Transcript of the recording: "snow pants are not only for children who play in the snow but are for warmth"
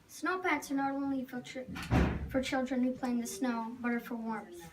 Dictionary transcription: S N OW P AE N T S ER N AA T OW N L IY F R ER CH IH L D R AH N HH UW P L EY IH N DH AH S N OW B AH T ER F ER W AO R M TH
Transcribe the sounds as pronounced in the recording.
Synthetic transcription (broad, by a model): S N OW P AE T S ER N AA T OW N L IY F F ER CH IH L D R AH N HH UW P L EY IH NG DH AH S N OW B AH T ER F ER W AO R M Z